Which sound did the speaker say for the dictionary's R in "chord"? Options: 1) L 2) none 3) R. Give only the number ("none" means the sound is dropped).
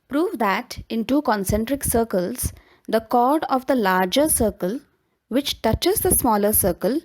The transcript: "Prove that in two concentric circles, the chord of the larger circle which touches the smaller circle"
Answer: 3